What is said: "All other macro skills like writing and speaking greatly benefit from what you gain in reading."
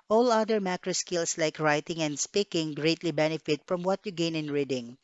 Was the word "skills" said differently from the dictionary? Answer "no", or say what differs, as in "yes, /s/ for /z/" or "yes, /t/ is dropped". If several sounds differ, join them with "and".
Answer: yes, /s/ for /z/